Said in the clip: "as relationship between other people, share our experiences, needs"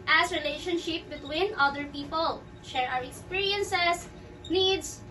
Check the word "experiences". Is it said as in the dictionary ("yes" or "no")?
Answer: no